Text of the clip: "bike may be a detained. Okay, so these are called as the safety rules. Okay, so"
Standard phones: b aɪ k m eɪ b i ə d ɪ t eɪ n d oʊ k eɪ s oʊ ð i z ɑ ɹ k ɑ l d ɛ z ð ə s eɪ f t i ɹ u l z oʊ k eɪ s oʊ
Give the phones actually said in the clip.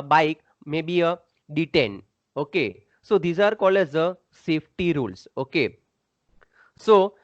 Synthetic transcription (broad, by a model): b aɪ k m eɪ b i ə d ɪ t eɪ n d oʊ k eɪ s oʊ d i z ɑ ɹ k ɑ l ɛ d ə s eɪ f t i ɹ u l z oʊ k eɪ s oʊ